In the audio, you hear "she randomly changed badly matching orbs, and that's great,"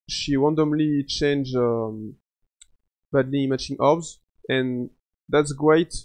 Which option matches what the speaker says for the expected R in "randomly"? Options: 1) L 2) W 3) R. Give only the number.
2